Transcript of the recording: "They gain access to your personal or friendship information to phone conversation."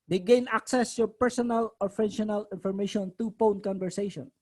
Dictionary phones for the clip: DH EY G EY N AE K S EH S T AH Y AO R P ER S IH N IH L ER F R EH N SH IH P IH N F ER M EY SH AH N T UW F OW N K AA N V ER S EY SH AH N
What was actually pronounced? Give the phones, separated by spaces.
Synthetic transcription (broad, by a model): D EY G EY N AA K S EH S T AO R P ER S IH N IH L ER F EH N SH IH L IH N F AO M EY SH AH N T UW P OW N K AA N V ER S EY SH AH N